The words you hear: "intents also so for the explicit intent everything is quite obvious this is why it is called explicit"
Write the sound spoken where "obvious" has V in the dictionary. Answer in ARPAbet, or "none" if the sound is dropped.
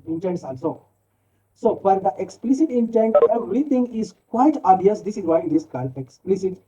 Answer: none